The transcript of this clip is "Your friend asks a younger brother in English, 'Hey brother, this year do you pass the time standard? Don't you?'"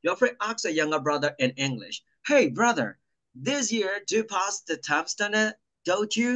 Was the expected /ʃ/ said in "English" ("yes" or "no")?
yes